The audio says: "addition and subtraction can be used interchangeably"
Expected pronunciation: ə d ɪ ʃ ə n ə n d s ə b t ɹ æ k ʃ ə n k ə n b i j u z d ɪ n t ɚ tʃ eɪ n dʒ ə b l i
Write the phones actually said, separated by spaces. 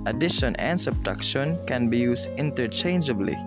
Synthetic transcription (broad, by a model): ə d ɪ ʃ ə n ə n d s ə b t ɑ k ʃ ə n k ə n b i j u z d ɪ n t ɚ tʃ eɪ n dʒ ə b l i